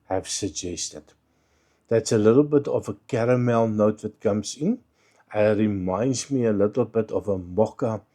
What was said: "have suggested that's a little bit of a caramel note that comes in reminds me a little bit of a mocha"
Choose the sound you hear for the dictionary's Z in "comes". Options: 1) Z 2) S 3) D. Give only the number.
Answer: 2